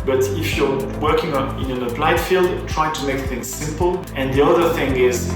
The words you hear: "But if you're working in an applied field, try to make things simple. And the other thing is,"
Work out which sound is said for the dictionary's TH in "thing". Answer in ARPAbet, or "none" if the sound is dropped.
TH